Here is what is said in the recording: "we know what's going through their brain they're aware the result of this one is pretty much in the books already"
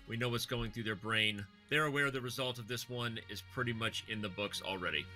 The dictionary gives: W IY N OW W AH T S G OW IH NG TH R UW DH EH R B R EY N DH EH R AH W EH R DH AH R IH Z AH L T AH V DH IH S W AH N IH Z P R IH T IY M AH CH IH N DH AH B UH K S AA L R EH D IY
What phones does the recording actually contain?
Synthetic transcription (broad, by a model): W IY N OW W AH T S G OW IH NG TH R UW DH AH R B R EY N DH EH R AH W EH R DH AH R IH Z AH L T AH V DH IH S W AH N IH Z P R IH T IY M AH CH IH N DH AH B UH K S L R EH D IY